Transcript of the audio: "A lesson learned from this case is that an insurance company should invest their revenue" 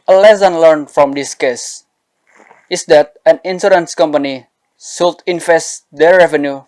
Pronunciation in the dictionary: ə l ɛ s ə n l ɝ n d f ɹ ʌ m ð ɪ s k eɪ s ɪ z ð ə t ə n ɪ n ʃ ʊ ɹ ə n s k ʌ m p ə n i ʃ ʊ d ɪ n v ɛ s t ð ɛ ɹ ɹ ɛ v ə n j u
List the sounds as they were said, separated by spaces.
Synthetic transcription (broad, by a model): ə l ɛ s ə n l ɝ n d f ɹ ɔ m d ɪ s k eɪ s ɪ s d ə t ə n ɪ n s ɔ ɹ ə n s k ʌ m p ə n i s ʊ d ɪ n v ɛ s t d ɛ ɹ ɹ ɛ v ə n j u